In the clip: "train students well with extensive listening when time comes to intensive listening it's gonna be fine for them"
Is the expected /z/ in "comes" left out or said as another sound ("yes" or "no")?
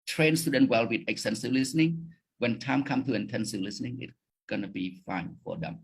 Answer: yes